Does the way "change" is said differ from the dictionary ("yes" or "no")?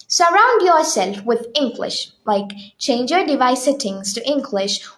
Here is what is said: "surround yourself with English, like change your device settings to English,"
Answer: no